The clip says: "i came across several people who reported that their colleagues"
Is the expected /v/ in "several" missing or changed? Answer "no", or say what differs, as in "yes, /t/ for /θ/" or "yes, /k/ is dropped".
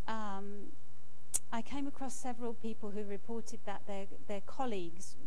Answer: no